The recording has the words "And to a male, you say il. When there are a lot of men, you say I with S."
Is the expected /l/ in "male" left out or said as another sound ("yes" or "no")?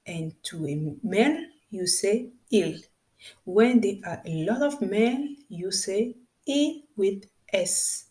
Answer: yes